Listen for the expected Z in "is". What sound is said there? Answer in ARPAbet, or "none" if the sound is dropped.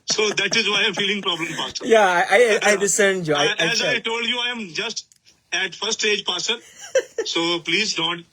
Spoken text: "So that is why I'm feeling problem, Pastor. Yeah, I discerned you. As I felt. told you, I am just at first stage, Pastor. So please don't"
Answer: Z